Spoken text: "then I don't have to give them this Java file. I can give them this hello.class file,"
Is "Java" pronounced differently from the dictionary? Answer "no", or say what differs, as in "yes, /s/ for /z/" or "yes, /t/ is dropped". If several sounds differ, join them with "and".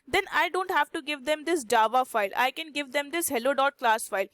no